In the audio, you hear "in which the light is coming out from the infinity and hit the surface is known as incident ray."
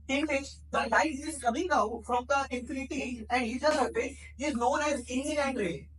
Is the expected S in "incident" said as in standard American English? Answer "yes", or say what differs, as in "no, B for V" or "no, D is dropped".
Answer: no, S is dropped